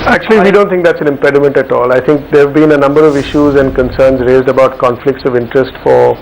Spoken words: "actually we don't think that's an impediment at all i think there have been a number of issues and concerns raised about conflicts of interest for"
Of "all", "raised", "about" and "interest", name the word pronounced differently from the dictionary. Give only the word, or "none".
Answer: none